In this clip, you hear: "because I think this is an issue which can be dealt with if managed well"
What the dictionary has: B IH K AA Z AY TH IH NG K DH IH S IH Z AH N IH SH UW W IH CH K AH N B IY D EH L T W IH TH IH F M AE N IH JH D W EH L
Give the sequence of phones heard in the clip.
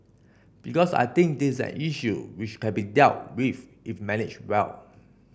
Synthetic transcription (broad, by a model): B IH K AA S AY T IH NG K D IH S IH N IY SH UW W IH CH K AH N B IY D EH L T W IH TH IH F M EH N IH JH W EH L